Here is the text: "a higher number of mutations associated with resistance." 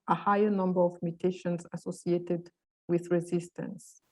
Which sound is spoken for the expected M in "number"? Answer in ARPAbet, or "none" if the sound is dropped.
M